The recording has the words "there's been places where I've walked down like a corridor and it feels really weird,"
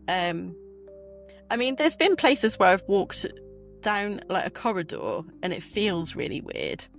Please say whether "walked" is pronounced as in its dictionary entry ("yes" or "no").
yes